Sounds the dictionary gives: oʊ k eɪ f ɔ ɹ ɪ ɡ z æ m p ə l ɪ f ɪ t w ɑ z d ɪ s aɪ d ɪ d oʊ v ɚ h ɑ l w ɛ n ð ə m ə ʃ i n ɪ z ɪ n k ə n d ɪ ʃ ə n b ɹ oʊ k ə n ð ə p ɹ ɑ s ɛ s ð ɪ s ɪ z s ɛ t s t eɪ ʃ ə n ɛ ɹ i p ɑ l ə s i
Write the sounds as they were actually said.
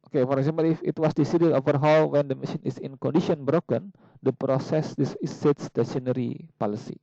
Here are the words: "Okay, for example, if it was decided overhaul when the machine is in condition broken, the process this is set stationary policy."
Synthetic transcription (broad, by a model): oʊ k eɪ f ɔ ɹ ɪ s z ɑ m ə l ɪ f ɪ t w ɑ s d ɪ s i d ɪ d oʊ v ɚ h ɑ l w ɛ n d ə m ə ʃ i n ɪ s ɪ n k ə n d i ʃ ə n b ɹ oʊ k ə n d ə p ɹ ɑ s ɛ s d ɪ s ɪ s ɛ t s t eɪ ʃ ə n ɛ ɹ i p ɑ l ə s i